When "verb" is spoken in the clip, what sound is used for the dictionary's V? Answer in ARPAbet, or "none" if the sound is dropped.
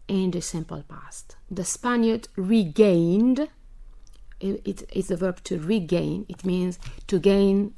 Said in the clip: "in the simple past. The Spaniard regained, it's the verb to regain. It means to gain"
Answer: V